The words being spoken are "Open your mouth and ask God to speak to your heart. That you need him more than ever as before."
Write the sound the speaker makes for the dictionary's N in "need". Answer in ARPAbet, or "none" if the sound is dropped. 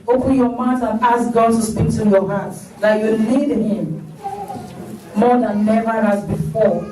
L